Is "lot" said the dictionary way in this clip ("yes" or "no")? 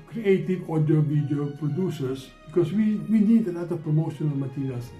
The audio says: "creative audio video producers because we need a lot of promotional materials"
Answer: no